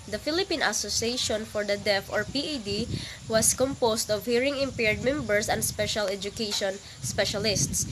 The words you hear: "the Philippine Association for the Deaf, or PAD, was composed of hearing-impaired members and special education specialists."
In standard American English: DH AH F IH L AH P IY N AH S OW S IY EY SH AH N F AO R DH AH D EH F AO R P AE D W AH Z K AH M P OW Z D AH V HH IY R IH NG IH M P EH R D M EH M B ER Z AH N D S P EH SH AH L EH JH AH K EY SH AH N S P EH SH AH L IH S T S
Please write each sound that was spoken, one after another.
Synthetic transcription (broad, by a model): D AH F IH L AH P IY N AH S OW S IY EY SH AH N F AO R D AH D EH F AO R P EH D W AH S K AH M P OW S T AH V HH IY R IH NG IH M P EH R D M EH M B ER S AH N D S P EH SH AH L EH JH AH K EY SH AH N S P EH SH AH L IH S T S